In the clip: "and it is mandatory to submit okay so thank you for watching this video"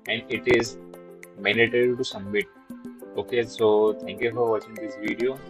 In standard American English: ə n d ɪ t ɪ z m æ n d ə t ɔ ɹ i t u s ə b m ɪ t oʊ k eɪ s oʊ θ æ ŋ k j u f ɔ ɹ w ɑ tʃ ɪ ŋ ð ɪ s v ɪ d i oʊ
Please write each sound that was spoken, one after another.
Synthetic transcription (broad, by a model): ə n d ɪ t ɪ z m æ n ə t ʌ ɹ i t u s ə m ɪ t oʊ k eɪ s oʊ t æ ŋ k j u f ɔ ɹ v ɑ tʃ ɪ ŋ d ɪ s v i d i oʊ